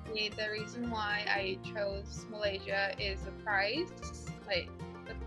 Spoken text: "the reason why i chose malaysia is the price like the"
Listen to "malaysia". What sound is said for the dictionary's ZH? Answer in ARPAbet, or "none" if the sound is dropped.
ZH